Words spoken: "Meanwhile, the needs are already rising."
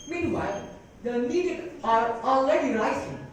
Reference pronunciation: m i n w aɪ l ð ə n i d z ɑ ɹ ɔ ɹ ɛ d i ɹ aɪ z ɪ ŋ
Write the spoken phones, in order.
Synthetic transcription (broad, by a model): m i n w aɪ l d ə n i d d ɑ ɹ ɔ l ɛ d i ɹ aɪ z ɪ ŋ